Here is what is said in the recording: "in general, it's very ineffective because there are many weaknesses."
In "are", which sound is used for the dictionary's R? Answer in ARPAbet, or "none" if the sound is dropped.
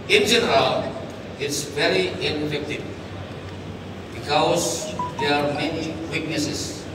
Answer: R